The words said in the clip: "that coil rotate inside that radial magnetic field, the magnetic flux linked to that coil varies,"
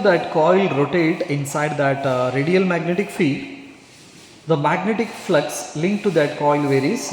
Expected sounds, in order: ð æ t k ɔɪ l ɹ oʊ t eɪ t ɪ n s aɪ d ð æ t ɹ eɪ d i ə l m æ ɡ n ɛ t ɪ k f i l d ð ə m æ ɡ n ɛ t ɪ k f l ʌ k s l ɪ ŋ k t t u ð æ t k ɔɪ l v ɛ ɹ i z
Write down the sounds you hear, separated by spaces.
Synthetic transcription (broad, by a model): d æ t k ɔɪ l ɹ oʊ t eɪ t ɪ n s aɪ d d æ t ɹ eɪ d i ə l m æ ɡ n ɛ t ɪ k f i d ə m æ ɡ n ɛ t ɪ k f l ʌ k s l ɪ ŋ k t t u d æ t k ɔɪ l v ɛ ɹ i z